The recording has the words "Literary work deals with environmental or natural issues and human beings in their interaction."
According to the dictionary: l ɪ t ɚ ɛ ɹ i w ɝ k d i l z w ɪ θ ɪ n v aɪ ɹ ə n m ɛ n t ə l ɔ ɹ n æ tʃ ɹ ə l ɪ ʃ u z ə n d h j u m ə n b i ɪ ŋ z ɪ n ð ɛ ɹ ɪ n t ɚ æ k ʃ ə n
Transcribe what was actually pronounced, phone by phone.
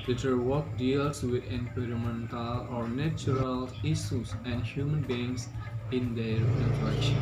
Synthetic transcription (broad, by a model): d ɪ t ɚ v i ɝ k d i l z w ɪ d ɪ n p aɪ ɹ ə m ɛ n t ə l ɔ ɹ n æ tʃ ɹ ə l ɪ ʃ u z ə n d h j u m ə n b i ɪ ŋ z ɪ n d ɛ ɹ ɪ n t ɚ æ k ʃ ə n